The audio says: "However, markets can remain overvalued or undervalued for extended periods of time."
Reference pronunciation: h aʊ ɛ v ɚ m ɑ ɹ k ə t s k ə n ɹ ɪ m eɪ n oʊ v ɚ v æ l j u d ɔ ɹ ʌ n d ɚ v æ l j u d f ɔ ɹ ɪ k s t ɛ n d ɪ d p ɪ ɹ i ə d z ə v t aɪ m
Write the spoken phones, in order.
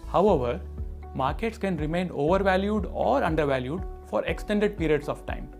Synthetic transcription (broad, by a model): h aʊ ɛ v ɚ m ɑ ɹ k ə t s k ə n ɹ ɪ m eɪ n oʊ v ɚ v æ l j u d ɔ ɹ ʌ n d ɚ v æ l j u d f ɔ ɹ ɪ k s t ɛ n d ɪ d p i ɹ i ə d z ə v t aɪ m